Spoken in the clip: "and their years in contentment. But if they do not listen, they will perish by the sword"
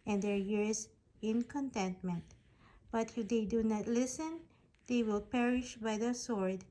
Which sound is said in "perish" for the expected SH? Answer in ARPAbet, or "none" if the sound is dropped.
SH